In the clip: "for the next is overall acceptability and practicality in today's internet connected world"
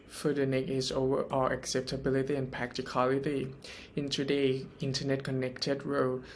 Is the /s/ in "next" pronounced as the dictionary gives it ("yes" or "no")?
no